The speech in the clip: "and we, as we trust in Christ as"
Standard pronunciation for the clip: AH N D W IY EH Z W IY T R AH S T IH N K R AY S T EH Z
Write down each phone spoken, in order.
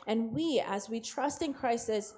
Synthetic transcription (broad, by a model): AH N W IY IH Z W IY T R AH S T IH N K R AY S IH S